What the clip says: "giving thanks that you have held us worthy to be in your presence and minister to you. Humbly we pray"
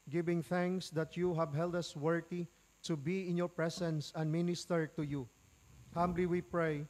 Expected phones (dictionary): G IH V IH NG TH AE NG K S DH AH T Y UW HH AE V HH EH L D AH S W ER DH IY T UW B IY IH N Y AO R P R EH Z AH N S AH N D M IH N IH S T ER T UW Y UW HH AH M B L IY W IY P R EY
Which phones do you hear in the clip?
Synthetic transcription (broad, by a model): G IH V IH NG TH AE NG K S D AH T Y UW HH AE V HH EH L D AH S W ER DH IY T UW B IY IH N Y AO R P R EH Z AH N S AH N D M IH N IH S T ER T UW Y UW HH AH M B L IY W IY P R EY